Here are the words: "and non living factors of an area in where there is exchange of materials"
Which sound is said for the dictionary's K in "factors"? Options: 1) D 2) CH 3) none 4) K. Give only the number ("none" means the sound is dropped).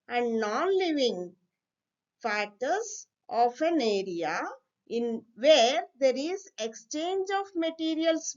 3